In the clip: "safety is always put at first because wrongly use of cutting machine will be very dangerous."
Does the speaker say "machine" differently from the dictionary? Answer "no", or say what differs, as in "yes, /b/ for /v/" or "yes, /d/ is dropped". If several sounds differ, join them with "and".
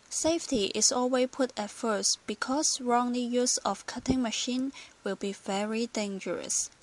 no